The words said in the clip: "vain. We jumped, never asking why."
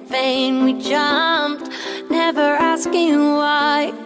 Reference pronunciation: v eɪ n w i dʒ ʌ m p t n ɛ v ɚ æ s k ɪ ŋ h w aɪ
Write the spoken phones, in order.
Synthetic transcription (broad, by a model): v eɪ n w i dʒ ʌ m p t n ɛ v ɚ æ s k ɪ ŋ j w aɪ